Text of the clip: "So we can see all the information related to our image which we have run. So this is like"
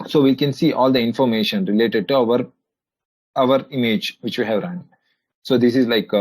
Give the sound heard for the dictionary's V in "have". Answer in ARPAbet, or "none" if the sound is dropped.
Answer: V